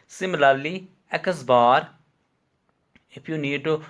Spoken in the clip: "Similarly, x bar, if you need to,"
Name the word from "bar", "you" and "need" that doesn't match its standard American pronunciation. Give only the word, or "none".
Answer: none